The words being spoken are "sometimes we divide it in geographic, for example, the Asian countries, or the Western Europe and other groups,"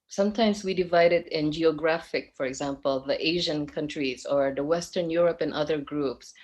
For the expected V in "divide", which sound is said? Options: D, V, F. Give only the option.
V